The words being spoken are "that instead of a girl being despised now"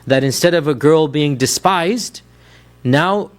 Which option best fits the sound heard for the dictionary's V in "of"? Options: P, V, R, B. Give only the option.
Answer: V